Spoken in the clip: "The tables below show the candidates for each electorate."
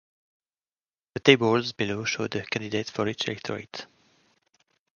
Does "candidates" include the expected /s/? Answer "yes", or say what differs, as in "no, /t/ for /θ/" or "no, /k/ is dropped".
no, /s/ is dropped